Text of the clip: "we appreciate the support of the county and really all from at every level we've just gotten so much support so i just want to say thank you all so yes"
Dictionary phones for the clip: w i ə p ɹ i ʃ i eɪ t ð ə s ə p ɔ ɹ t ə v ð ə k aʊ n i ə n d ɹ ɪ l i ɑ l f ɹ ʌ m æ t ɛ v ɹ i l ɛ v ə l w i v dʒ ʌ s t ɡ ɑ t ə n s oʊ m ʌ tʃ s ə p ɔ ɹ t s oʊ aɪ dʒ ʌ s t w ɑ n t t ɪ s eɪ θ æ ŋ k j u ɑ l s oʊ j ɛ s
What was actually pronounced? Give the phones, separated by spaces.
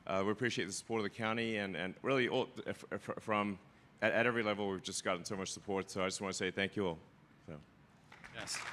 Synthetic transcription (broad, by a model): w i ə p ɹ i ʃ i eɪ t ð ə s ə p ɔ ɹ t ə v ð ə k aʊ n i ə n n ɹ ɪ l i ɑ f f ɹ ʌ m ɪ t ɛ v ɹ i l ɛ v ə l w i v dʒ ʌ s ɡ ɑ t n s oʊ m ʌ tʃ s ə p ɔ ɹ t s oʊ aɪ dʒ ʌ s w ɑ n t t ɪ s eɪ θ æ ŋ k j u ɑ l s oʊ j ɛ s